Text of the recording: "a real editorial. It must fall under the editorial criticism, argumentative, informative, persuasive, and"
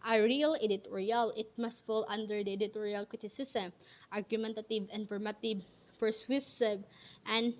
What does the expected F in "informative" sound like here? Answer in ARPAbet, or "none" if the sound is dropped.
P